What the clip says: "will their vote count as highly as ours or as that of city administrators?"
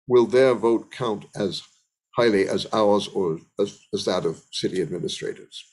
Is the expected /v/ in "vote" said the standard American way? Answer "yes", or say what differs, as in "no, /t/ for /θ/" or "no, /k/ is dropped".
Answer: yes